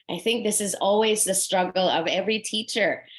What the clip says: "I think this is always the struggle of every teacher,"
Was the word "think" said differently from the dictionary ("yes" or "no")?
no